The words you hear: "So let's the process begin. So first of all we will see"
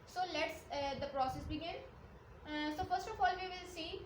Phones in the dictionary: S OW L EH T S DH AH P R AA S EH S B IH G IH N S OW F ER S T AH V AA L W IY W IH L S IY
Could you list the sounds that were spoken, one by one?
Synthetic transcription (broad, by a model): S OW L EH T S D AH P R AA S EH S B IH G IH N S OW F ER S T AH F AA L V IY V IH L S IY